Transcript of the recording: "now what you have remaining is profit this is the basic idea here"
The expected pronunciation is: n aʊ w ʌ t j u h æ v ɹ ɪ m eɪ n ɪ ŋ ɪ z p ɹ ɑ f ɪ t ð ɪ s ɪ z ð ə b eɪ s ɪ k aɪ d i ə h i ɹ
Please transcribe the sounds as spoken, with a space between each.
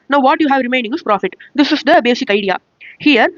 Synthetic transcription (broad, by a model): n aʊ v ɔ t j u h æ v ɹ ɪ m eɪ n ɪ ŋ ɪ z p ɹ ɑ f ɪ t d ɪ s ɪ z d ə b eɪ s ɪ k aɪ d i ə h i ɹ